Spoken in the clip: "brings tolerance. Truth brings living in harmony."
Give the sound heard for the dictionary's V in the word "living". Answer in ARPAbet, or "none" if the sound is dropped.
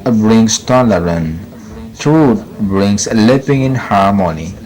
P